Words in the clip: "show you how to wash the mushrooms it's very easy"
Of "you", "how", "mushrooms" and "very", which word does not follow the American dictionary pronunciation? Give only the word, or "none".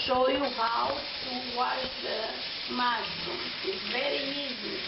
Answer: mushrooms